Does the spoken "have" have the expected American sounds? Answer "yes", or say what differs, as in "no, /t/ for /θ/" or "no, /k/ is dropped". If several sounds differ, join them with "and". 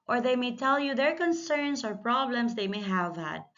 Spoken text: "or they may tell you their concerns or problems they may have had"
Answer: yes